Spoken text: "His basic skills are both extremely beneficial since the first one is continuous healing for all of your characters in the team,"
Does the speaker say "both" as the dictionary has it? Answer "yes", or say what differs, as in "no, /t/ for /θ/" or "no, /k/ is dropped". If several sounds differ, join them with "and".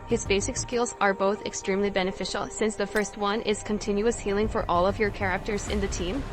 yes